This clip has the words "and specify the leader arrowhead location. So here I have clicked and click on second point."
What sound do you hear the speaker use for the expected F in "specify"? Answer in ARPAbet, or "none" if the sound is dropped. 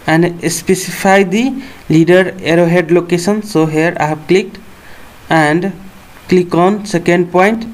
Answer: P